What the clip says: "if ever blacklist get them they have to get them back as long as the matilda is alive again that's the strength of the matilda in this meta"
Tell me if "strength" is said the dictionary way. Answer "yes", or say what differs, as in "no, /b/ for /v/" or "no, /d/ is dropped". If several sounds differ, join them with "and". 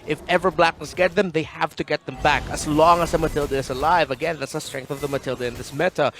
yes